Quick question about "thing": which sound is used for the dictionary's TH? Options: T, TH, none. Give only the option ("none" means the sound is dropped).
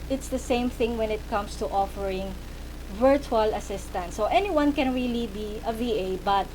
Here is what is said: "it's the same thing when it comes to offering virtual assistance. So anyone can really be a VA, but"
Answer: TH